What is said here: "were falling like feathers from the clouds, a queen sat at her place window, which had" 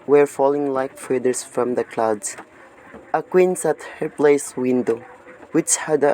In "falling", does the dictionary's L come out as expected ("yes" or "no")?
yes